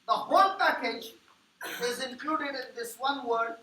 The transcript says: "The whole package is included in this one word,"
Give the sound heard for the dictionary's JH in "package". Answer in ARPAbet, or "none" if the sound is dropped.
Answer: JH